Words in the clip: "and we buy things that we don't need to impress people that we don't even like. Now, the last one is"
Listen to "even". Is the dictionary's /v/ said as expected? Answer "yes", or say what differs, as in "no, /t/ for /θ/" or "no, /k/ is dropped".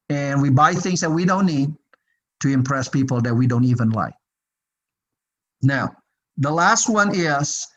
yes